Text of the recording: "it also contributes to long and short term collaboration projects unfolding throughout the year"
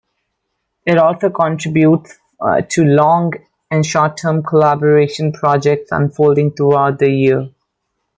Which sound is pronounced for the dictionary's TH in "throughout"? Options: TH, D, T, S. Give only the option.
T